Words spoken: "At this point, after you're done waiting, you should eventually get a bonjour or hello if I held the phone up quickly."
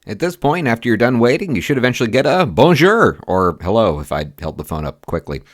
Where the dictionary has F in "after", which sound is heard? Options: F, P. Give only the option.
F